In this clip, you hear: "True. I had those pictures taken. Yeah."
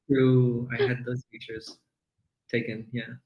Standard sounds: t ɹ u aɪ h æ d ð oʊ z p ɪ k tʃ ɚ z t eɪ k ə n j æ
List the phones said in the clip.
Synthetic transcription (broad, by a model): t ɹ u aɪ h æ d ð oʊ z f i tʃ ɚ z t eɪ k ə n j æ